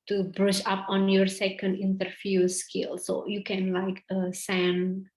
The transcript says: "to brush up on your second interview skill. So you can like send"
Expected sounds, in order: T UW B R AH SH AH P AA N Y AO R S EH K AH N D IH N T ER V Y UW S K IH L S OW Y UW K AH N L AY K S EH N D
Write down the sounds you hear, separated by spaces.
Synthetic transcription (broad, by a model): T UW B R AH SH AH P AA N Y AO R S EH K AH N D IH N T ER F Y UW S K IH L S OW Y UW K AH N L AY K S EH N